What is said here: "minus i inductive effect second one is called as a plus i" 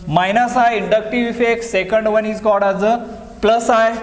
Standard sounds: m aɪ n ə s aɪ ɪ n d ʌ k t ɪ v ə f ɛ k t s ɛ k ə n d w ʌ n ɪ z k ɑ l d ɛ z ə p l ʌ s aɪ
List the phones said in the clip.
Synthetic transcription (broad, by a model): m aɪ n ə s aɪ ɪ n d ʌ k t ɪ v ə f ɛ k s ɛ k ə n d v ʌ n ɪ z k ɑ d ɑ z ə p l ʌ s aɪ